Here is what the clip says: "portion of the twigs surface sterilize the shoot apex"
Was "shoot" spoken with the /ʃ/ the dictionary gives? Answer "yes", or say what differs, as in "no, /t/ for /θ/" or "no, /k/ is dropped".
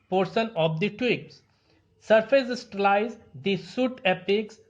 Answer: no, /s/ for /ʃ/